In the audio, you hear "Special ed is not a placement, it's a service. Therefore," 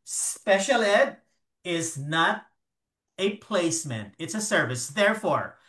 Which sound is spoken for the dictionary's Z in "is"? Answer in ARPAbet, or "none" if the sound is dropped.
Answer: Z